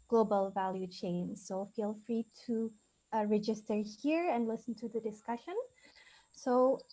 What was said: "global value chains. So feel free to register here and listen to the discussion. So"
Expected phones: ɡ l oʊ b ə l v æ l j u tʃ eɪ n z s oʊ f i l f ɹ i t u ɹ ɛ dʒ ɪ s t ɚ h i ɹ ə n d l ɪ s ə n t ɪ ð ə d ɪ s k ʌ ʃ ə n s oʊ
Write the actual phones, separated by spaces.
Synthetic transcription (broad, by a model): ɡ l oʊ b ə l v æ l j u tʃ eɪ n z s oʊ f i l f ɹ i t u ɹ ɛ dʒ ɪ s t ɚ h i ɹ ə n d l ɪ s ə n t ɪ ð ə d ɪ s k ʌ ʃ ə n s oʊ